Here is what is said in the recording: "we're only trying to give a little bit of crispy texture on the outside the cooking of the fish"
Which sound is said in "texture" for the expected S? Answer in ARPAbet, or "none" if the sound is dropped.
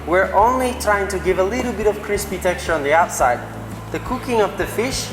none